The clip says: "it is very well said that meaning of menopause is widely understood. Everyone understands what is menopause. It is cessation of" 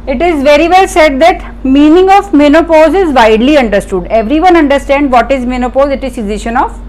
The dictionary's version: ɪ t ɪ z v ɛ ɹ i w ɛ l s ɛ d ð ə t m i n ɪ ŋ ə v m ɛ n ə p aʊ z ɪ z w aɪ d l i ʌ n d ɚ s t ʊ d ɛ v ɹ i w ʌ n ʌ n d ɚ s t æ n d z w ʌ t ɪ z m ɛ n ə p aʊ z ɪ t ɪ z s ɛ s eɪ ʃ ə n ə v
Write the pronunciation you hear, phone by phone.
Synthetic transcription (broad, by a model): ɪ t ɪ z v ɛ ɹ i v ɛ l s ɛ d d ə t m i n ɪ ŋ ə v m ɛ n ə p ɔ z ɪ z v aɪ d l i ʌ n d ɚ s t ʊ d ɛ v ɹ i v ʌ n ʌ n d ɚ s t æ n d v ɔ t ɪ z m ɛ n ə p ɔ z ɪ t ɪ z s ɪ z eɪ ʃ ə n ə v